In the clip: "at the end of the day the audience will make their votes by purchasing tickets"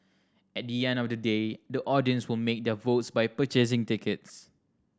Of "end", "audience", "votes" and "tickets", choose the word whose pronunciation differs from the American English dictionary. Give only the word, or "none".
none